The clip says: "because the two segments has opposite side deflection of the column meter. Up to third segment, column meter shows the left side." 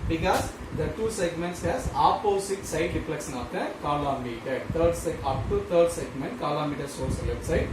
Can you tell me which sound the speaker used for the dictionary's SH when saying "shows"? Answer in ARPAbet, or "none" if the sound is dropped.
S